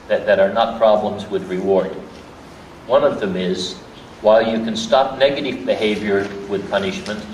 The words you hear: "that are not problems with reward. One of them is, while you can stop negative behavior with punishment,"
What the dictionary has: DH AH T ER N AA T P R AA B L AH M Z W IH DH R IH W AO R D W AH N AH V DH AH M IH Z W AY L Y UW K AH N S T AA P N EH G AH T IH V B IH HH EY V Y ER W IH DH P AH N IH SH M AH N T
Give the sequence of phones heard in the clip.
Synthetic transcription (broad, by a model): DH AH T ER N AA T P R AA B L AH M Z W IH DH R IH W AO R D W AH N AH V DH AH M IH Z W AY L Y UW K AH N S T AA P N EH G AH T IH V B IH HH EY V Y ER W IH DH P AH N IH SH M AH N T